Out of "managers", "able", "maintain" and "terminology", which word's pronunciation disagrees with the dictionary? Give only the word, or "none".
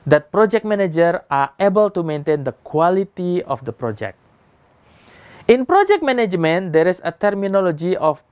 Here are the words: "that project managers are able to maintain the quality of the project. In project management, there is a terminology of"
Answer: managers